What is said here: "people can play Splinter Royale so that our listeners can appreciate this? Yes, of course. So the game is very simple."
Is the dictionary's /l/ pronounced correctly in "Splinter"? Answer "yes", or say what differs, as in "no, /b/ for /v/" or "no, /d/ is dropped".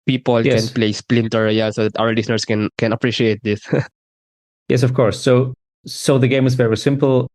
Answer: yes